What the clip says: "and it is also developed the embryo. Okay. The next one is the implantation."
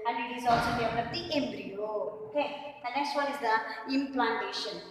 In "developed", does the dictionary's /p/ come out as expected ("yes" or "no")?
no